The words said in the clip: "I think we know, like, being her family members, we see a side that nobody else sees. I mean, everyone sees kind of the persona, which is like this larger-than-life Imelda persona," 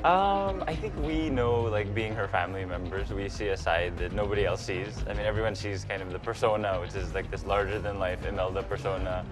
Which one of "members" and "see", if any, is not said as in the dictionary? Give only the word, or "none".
none